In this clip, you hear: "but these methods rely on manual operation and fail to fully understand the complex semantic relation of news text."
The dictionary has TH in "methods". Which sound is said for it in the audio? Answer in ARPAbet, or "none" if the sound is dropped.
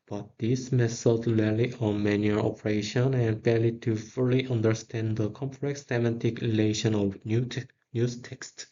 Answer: S